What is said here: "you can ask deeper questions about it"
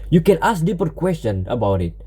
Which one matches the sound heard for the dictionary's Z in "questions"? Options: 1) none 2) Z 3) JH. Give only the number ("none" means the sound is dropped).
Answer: 1